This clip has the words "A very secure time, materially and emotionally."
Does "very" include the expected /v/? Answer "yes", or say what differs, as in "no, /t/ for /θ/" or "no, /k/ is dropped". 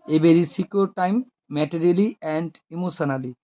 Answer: no, /b/ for /v/